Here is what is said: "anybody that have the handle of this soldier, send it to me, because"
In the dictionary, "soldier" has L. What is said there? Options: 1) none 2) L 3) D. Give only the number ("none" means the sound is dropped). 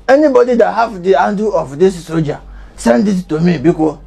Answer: 1